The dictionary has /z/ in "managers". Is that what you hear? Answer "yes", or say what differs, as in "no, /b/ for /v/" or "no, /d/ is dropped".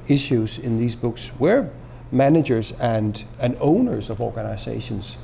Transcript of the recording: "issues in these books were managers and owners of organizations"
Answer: yes